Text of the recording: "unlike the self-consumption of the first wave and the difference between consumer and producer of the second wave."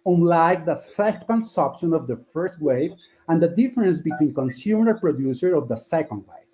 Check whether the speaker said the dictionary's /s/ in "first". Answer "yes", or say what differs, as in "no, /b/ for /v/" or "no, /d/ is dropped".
yes